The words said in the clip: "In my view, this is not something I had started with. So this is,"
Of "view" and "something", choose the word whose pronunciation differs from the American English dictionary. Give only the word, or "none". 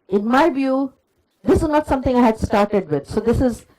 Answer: something